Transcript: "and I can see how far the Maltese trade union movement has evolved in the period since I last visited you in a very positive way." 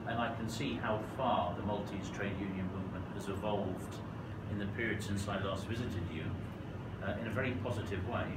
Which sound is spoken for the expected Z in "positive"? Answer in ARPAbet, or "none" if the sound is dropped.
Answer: Z